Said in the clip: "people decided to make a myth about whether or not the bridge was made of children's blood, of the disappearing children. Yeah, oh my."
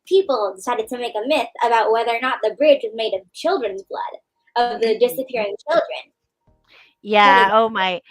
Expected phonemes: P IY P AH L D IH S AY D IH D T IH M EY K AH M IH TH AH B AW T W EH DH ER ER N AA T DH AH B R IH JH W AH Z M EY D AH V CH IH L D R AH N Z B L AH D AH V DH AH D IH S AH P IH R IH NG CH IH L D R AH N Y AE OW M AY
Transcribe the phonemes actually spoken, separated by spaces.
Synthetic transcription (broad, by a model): P IY P L D IH S AY D IH D T IH M EY K AH M IH TH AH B AW T W EH DH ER ER N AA T DH AH B R IH JH W AH Z M EY D AH V CH IH L D R AH N Z B L AH D AH V DH AH D IH S AH P IH R IH NG CH IH L D R AH N Y AE OW M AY